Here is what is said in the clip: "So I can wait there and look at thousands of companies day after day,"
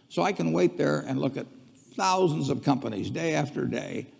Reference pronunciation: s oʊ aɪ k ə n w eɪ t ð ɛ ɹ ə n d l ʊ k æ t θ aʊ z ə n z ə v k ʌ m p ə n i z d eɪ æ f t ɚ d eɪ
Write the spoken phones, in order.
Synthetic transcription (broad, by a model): s oʊ aɪ k ə n w eɪ t ð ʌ ɹ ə n l ʊ k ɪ t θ aʊ z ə n z ə v k ʌ m p ə n i z d eɪ æ f t ɚ d eɪ